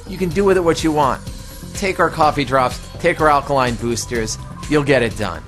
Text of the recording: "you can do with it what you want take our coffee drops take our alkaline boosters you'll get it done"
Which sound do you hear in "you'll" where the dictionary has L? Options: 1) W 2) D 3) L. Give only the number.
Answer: 3